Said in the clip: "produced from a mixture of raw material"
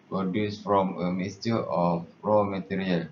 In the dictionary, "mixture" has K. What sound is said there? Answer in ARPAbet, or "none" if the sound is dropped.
none